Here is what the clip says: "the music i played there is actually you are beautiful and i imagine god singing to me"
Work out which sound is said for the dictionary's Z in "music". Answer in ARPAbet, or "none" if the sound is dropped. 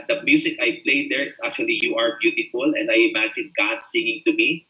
S